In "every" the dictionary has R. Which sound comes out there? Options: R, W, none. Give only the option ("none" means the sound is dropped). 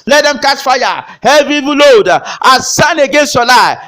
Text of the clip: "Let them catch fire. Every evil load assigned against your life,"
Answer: none